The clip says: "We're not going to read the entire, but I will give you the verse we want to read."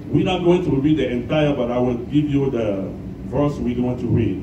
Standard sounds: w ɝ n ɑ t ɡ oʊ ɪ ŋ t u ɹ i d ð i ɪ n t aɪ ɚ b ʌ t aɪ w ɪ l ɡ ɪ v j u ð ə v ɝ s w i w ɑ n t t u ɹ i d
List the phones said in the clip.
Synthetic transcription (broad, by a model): w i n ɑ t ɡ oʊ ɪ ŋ t u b i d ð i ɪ n t aɪ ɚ b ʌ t aɪ w ɪ l ɡ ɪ v j u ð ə v ɝ s w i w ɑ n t t u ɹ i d